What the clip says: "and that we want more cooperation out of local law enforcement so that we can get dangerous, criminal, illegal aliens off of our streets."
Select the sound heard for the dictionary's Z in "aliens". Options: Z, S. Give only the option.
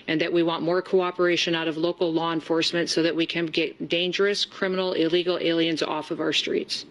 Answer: Z